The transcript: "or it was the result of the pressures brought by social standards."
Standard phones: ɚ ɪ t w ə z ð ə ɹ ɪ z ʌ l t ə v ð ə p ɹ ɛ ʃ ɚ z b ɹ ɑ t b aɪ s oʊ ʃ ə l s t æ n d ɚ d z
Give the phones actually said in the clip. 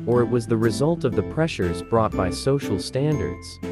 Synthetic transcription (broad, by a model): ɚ ɪ t w ə z ð ə ɹ ɪ z ʌ l t ə v ð ə p ɹ ɛ ʃ ɚ z b ɹ ɑ t b aɪ s oʊ ʃ l s t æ n d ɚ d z